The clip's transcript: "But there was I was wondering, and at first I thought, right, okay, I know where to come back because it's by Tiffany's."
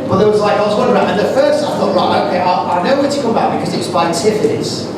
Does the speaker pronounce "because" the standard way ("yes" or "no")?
yes